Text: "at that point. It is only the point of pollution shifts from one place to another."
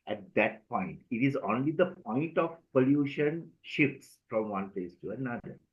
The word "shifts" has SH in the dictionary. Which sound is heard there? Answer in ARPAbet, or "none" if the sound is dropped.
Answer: SH